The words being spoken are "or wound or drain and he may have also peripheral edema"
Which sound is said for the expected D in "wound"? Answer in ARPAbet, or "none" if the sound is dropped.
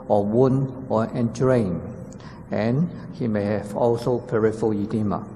none